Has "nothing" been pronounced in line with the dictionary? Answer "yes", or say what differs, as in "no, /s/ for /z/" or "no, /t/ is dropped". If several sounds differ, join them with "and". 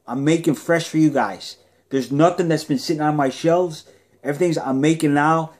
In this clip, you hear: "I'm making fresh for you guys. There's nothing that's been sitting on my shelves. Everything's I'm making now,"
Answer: yes